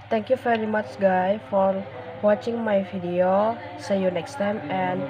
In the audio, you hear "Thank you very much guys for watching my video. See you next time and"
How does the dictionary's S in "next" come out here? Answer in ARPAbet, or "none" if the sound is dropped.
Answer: S